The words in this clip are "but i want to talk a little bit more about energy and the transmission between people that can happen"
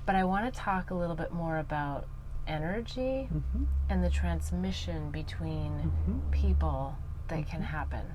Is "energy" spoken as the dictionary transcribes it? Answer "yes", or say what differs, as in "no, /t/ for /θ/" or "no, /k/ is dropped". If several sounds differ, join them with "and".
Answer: yes